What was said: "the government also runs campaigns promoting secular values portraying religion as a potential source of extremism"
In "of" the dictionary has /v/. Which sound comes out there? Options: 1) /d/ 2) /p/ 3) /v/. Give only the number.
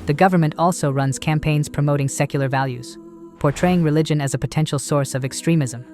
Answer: 3